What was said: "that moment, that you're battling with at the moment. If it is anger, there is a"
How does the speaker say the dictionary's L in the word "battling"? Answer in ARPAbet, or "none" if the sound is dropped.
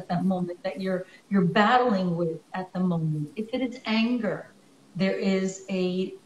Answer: L